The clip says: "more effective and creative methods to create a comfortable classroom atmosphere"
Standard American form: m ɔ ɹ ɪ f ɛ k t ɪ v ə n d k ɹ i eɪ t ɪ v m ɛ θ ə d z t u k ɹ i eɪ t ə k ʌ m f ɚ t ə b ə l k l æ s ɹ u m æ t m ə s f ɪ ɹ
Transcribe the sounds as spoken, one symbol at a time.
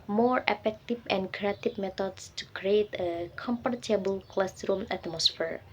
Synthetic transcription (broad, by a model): m ɔ ɹ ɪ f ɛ k t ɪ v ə n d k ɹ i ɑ t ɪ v m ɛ t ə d s t u k ɹ i eɪ t ə k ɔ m p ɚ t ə b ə l k l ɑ s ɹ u m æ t m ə s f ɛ ɹ